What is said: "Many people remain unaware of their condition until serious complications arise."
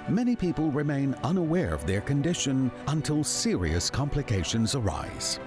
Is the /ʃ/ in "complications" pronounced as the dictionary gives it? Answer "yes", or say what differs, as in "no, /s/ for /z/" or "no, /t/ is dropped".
yes